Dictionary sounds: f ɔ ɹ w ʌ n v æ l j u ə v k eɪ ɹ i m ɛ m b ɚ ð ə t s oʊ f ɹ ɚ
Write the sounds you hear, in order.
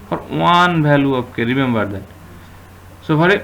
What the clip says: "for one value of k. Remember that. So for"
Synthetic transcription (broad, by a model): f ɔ ɹ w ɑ n b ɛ l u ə p k eɪ ɹ i m ɛ m b ɚ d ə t s oʊ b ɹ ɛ